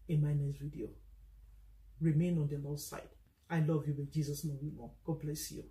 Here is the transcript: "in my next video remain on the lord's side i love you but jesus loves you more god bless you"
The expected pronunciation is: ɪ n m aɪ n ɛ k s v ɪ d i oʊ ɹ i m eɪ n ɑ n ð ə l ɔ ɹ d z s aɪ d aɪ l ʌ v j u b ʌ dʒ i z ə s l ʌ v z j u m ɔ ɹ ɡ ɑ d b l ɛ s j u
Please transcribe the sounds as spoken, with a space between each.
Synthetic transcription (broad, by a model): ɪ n m aɪ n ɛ s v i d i oʊ ɹ i m eɪ n ɑ n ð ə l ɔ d s aɪ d aɪ l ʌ v j u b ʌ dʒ i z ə s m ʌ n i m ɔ ɡ ɑ d b l ɛ s j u